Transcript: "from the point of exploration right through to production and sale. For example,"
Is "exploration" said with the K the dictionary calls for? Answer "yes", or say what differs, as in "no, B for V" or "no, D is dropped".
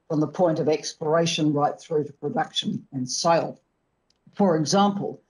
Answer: yes